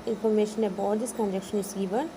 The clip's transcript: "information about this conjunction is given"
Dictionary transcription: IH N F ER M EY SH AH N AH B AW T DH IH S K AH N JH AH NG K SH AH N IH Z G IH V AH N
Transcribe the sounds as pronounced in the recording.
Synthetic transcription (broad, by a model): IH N F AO M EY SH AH N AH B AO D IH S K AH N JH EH K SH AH N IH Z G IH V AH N